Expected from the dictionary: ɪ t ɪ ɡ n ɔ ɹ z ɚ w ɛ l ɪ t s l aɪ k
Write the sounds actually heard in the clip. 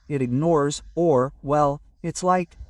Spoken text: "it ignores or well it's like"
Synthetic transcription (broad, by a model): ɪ t ɪ ɡ n ɔ ɹ z ɚ w ɛ l ɪ t s l aɪ k